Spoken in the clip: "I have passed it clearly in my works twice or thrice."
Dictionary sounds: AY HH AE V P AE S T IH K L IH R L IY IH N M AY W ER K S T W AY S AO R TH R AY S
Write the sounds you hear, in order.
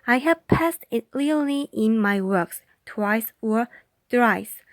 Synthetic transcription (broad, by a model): AY HH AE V P AE S T IH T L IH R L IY IH N M AY W ER K S T W AY S AO R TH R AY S